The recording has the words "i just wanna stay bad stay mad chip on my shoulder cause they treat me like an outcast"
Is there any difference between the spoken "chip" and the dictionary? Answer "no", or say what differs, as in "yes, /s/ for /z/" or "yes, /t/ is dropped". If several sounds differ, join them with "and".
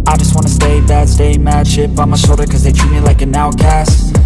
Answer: yes, /ʃ/ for /tʃ/